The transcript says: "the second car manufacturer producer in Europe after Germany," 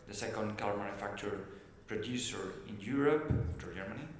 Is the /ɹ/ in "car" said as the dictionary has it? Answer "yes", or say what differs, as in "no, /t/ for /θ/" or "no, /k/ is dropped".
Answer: no, /l/ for /ɹ/